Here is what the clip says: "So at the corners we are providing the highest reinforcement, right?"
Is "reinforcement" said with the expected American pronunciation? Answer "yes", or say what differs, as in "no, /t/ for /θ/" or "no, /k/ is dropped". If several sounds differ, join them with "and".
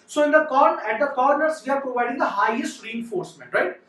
yes